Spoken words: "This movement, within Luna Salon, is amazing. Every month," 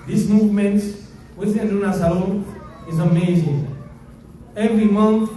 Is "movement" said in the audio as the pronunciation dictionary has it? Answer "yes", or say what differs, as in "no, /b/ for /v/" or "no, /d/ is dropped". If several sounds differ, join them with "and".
yes